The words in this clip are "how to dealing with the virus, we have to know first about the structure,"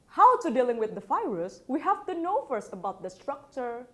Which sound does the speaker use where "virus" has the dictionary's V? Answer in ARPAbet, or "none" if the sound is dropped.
F